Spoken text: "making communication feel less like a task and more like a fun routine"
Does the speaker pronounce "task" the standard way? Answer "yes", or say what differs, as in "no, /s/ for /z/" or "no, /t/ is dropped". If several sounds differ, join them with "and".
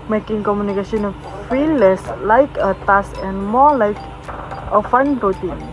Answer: no, /k/ is dropped